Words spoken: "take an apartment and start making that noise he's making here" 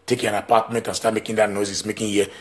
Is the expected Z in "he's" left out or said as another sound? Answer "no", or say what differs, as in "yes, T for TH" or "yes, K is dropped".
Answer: yes, S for Z